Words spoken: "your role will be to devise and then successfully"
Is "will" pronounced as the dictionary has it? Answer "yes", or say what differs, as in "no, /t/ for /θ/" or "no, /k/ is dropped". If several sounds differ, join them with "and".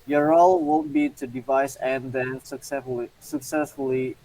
no, /n/ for /l/